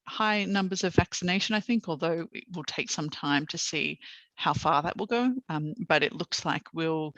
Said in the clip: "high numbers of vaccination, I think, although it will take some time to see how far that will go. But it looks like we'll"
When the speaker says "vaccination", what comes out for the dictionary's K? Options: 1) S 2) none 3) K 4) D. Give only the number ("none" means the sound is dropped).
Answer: 3